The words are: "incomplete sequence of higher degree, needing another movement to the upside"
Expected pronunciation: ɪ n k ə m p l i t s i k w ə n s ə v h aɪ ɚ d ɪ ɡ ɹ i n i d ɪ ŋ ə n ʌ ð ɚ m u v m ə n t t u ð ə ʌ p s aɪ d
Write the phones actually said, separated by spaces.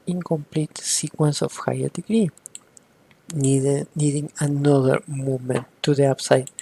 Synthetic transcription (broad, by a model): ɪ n k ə m p l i t s i k w ə n s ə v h aɪ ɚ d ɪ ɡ ɹ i n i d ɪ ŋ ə n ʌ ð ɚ m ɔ m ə n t t u ð ə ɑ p s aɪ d